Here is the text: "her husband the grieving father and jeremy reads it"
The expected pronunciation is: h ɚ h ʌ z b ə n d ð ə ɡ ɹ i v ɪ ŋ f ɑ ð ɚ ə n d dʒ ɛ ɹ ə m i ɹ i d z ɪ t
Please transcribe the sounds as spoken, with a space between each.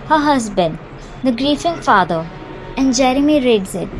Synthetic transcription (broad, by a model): h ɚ h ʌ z b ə n d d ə ɡ ɹ i f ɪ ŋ f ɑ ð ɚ ə n d dʒ ɛ ɹ ə m i ɹ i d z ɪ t